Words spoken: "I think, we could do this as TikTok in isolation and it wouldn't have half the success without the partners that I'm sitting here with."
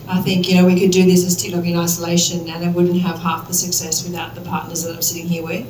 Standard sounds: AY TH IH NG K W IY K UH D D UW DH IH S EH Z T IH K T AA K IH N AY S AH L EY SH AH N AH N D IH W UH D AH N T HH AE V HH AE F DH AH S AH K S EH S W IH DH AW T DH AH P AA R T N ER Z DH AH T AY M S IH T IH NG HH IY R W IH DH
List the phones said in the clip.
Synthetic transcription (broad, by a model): AY TH IH NG K W IY K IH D D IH DH IH S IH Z T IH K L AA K IH N AY S AH L EY SH AH N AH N IH W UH D N T HH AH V HH AE F DH AH S AH K S EH S W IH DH AW T DH AH P AA R T N ER Z DH AH T AY M S IH T IH NG HH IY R W IH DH